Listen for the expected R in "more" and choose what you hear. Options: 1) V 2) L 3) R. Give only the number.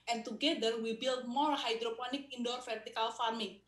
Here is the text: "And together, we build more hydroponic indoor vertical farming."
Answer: 2